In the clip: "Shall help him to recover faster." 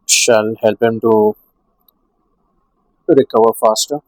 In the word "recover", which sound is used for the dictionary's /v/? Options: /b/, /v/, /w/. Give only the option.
/w/